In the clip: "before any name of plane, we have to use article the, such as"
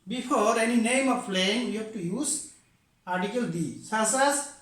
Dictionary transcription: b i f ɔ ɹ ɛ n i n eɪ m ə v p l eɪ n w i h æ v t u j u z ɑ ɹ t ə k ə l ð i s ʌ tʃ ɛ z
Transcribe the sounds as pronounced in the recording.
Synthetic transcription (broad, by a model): b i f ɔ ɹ ɛ n i n eɪ m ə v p l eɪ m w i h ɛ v t u j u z ɑ ɹ t ə k ə l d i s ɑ s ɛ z